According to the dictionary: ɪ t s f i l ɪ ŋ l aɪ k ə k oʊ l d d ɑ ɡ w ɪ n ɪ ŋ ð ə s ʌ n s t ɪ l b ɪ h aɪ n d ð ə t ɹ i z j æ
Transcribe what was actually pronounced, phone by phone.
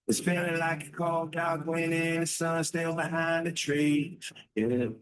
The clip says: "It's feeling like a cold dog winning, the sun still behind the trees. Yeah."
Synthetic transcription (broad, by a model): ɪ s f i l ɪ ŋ l aɪ k ə k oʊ l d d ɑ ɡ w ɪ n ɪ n s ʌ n s t ɪ l b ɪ h aɪ n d ð ə t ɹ i j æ